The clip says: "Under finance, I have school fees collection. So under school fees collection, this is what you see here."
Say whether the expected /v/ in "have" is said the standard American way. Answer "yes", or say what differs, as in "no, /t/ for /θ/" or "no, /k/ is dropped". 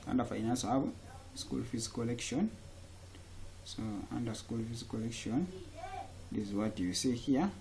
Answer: no, /b/ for /v/